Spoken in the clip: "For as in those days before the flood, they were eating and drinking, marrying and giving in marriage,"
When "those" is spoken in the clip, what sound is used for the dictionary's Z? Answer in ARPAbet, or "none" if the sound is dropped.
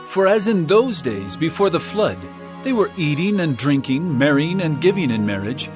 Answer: Z